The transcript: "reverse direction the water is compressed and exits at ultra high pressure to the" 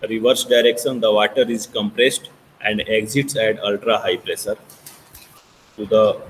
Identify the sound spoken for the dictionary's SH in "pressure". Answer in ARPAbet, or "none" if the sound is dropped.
S